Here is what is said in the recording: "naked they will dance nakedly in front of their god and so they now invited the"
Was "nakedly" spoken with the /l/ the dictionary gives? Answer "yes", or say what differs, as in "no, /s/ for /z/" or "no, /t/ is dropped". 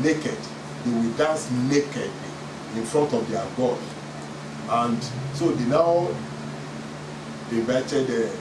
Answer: no, /l/ is dropped